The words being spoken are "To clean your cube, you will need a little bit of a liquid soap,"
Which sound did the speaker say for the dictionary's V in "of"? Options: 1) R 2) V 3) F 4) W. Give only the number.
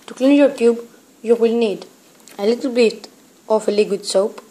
3